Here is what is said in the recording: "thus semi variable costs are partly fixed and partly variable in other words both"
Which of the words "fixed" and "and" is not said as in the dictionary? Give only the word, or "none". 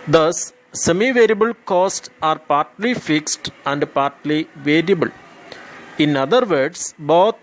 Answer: none